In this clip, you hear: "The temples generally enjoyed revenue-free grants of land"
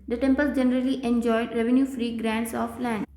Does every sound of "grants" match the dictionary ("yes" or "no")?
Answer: yes